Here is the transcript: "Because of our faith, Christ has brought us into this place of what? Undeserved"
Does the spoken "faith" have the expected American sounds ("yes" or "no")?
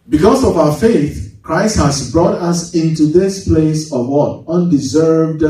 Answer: yes